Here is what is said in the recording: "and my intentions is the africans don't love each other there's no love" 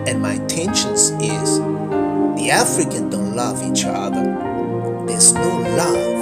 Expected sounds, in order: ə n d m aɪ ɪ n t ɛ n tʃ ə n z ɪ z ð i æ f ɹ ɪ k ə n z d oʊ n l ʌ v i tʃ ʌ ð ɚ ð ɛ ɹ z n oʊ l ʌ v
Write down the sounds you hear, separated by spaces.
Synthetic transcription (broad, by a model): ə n m aɪ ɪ n t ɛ n ʃ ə n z ɪ z ð i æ f ɹ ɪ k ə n d oʊ n l ʌ v i tʃ ʌ ð ɚ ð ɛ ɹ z n oʊ l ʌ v